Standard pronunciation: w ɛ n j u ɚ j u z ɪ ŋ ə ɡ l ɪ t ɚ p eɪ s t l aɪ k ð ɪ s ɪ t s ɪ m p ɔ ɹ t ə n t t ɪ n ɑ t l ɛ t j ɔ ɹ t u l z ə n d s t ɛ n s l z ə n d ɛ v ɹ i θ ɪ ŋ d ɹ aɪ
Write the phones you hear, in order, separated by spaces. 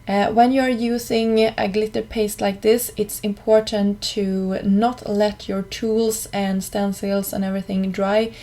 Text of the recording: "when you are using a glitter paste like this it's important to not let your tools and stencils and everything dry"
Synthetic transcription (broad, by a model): w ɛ n j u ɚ j u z ɪ ŋ ə ɡ l ɪ t ɚ p eɪ s t l aɪ k ð ɪ s ɪ t s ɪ m p ɔ ɹ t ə n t t ɪ n ɑ t l ɛ t j ɔ ɹ t u l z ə n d s t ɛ n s l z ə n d ɛ v ɹ i θ ɪ ŋ d ɹ aɪ